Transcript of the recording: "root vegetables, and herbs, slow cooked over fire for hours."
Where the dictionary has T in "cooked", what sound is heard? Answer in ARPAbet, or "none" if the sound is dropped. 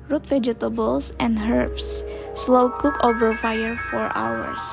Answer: none